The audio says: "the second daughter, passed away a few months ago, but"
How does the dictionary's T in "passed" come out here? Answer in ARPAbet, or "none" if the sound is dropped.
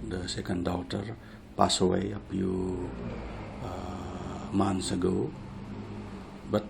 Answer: none